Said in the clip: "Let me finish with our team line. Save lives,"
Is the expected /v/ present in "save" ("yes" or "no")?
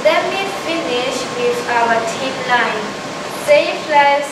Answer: no